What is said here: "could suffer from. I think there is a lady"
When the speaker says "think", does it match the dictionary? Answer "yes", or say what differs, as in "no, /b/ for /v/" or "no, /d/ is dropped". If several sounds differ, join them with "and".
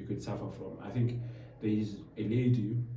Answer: yes